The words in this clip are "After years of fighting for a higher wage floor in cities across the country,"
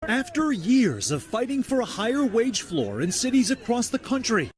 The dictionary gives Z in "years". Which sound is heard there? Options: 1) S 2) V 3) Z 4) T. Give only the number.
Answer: 3